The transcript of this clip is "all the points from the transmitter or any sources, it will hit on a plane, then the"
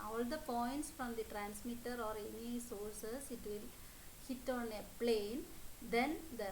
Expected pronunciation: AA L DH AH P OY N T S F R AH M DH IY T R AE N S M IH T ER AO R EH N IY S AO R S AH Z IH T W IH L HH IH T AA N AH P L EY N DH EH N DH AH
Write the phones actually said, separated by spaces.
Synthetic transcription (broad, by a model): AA L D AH P OY N T S F R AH M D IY T R AE N S M IH T ER AO R EH N IY S AO R S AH S IH T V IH L HH IH T AA N AH P L EY N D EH N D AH